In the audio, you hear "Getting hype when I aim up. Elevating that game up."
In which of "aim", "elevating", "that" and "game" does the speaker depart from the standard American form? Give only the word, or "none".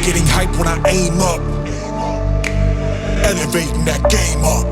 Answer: elevating